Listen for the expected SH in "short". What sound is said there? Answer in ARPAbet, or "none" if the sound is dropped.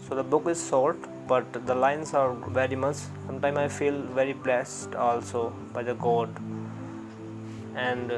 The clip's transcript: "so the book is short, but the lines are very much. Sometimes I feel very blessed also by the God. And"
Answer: S